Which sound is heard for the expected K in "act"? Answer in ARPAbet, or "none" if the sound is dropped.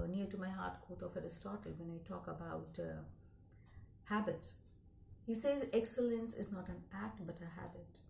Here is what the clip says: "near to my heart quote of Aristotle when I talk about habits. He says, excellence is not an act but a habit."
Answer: K